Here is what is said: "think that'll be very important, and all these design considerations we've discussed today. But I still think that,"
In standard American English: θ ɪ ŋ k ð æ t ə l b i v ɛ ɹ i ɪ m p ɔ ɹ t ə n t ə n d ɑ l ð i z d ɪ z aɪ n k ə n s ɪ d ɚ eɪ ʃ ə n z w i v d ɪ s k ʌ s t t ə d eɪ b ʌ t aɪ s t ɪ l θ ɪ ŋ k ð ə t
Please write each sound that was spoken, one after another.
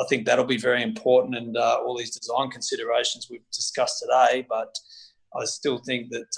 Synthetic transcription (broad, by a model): θ ɪ ŋ k ð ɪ t l b i v ɛ ɹ i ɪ m p ɔ ɹ t n t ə n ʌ ɑ l ð i z d ɪ z aɪ n k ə n s ɪ d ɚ eɪ ʃ n z w i v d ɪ s k ʌ s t t ə d eɪ b ʌ t aɪ s t ɪ l θ ɪ ŋ k ð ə t